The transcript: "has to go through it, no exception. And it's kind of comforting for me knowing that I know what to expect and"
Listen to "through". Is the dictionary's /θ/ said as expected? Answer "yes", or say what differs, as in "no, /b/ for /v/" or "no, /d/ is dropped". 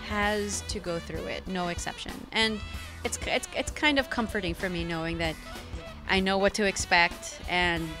yes